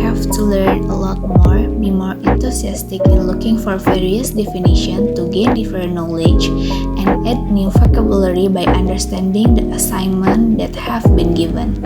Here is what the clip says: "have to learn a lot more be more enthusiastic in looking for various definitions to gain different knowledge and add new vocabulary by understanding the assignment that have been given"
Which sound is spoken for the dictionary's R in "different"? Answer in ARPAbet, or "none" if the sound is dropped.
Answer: none